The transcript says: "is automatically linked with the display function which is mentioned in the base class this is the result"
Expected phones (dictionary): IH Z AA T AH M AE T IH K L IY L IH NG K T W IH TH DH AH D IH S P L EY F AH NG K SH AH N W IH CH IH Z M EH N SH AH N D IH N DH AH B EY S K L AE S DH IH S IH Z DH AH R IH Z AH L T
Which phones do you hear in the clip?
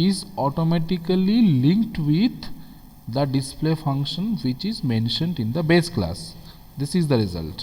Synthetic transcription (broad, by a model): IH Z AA T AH M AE T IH K L IY L IH NG K T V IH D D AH D IH S P L EY F AH NG K SH AH N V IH CH IH Z M EH N SH AH N D IH N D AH B EY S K L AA S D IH S IH Z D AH R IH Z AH L T